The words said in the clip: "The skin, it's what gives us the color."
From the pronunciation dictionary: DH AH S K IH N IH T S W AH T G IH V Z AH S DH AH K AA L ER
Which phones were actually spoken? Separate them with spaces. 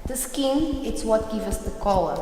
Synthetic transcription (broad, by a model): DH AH S K IH N IH T S W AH T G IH V AH S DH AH K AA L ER